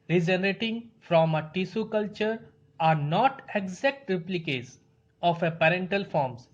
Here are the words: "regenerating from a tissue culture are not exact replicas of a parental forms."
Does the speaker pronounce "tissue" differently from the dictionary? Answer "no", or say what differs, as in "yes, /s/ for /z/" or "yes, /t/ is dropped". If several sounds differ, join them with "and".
yes, /s/ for /ʃ/